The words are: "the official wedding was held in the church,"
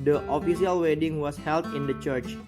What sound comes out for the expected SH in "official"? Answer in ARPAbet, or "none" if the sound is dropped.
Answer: S